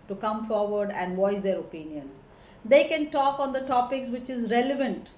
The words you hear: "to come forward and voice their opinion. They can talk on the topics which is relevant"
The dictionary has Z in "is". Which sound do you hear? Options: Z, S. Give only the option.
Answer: Z